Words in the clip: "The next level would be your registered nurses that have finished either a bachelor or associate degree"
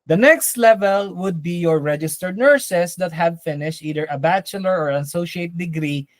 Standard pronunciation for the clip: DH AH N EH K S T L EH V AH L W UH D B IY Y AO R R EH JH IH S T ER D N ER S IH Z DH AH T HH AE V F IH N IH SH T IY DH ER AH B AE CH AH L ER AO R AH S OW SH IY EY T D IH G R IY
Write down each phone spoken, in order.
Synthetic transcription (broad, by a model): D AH N EH K S T L EH V AH L W UH D B IY Y AO R R EH JH IH S T ER D N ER S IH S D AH T HH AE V F IH N IH SH T IY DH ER AH B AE CH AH L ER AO R AH S OW SH IY EY T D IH G R IY